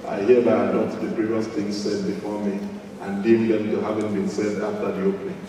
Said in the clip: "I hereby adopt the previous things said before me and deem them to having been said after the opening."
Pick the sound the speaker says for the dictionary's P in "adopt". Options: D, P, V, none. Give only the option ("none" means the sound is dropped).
none